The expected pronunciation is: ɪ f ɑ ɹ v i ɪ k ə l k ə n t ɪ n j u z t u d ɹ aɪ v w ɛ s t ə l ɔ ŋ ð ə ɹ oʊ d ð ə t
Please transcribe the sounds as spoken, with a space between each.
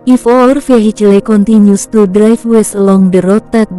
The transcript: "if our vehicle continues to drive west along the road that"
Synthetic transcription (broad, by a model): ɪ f ɑ ɹ f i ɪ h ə l k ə n t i n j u s t u d ɹ aɪ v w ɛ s ə l ɔ ŋ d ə ɹ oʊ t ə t